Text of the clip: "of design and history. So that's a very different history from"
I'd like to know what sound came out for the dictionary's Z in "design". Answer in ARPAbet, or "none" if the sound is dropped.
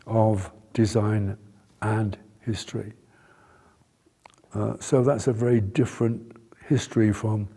Z